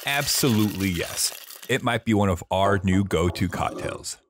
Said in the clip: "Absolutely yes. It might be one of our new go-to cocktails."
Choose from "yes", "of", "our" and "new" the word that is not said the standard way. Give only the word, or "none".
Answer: none